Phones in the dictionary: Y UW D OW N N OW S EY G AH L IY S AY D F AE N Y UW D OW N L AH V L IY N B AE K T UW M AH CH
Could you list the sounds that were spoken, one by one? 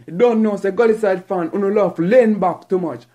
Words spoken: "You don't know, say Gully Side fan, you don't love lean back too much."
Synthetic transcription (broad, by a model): D OW N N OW S EY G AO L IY S AY D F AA N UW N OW L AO F L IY N B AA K T UW M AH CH